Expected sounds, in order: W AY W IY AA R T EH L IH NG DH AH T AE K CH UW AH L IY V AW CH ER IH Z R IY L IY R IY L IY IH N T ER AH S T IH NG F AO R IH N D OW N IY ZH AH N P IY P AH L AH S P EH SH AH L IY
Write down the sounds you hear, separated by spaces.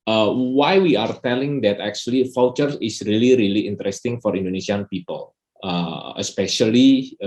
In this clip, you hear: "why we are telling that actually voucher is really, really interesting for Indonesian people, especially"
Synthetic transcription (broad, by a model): W AY W IY AA R T EH L IH NG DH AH T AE K CH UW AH L IY F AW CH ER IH S R IY L IY R IY L IY IH N T ER AH S T IH NG F AO R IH N D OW N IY S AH N P IY P AH L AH S P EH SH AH L IY